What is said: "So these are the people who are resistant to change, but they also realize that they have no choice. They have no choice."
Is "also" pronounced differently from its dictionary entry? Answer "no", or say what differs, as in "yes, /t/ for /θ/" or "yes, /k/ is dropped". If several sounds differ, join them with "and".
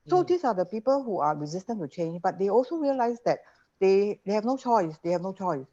no